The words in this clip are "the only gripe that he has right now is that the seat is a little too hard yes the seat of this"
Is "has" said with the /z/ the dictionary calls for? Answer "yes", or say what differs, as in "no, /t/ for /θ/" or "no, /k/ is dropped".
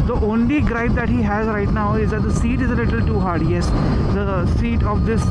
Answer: yes